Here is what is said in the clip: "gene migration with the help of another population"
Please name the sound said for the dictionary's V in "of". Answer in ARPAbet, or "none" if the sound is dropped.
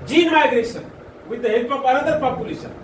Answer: P